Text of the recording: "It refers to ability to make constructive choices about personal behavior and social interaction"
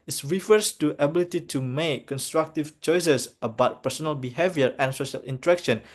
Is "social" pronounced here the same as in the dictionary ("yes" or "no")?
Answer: yes